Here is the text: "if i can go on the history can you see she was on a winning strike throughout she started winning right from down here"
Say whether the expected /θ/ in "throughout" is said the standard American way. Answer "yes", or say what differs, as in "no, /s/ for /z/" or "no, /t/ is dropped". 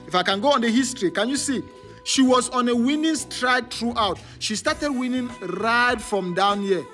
no, /t/ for /θ/